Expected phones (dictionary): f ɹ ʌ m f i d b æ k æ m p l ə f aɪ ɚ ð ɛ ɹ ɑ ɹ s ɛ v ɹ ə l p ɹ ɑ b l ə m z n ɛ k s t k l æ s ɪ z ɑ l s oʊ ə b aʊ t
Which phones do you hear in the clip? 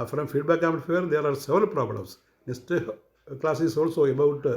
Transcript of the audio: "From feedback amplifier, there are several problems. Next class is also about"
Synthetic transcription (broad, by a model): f ɹ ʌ m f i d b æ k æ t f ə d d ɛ ɹ ɑ ɹ s ɛ v ɹ ə l p ɹ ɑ b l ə m s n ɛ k s t k l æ s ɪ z ɑ l s oʊ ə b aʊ t